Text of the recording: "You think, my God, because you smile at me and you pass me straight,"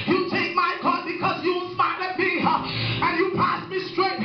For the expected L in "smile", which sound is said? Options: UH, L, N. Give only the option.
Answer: N